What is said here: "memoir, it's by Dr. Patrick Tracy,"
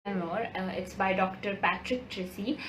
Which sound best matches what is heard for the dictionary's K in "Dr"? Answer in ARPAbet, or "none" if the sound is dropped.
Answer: K